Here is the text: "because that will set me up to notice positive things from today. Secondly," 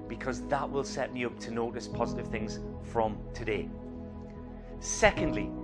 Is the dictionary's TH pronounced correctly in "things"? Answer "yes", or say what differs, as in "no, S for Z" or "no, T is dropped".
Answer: yes